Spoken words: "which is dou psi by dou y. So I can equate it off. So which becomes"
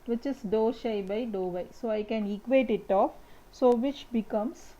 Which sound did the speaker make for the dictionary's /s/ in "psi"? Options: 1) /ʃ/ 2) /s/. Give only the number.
1